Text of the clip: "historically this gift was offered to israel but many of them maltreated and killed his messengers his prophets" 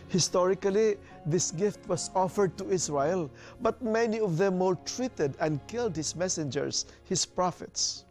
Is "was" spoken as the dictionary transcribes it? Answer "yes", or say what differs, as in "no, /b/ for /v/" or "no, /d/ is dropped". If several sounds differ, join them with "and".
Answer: no, /s/ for /z/